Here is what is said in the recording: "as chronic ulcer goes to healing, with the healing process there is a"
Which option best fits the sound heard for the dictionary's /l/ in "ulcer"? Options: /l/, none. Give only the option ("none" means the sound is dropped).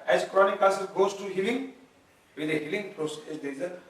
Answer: none